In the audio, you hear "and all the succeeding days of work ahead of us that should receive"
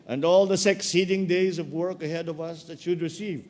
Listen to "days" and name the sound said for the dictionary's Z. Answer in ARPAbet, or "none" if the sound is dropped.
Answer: Z